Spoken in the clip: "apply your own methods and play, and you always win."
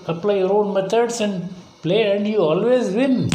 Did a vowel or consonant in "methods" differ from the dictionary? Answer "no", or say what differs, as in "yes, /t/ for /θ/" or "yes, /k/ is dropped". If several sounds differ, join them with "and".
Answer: yes, /t/ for /θ/ and /s/ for /z/